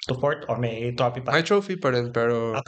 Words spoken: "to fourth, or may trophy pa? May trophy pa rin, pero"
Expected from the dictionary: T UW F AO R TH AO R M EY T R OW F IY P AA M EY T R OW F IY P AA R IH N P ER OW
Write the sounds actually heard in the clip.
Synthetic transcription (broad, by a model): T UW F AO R T AO R M EY T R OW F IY P AA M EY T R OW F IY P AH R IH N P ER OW